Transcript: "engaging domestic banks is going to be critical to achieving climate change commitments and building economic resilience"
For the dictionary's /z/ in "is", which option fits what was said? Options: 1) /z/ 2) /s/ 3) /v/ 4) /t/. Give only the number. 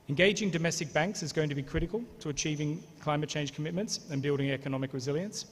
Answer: 1